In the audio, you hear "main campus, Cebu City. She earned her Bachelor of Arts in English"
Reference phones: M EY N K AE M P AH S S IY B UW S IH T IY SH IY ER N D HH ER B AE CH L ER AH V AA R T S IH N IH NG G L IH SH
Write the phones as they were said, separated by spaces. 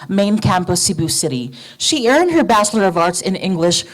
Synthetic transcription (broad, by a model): M EY N K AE M P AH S S IY B UW S IH T IY SH IY ER N D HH ER B AE CH L ER AH V AA R T S IH N IH NG G L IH SH